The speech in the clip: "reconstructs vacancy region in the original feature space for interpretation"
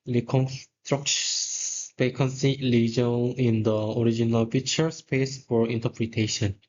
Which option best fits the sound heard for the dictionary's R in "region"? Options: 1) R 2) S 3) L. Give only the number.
3